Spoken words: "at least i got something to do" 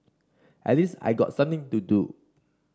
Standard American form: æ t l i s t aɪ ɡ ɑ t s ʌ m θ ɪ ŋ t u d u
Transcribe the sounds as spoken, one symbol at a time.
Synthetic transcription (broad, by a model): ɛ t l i s aɪ ɡ ɑ t s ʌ m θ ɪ ŋ t u d u